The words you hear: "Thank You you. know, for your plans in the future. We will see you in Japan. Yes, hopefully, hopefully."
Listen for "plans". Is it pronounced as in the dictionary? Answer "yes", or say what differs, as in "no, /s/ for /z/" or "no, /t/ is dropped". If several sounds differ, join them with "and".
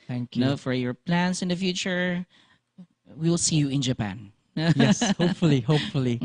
no, /s/ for /z/